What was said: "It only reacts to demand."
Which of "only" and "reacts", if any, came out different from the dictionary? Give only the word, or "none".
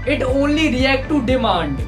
reacts